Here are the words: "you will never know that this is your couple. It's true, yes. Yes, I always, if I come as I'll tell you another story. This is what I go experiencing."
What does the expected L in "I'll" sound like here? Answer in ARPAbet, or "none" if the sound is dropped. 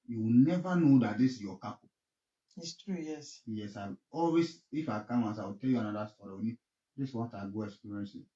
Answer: W